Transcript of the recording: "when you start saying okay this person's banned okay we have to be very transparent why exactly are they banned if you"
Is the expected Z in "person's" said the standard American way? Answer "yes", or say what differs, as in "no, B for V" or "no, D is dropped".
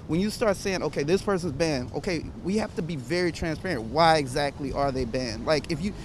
yes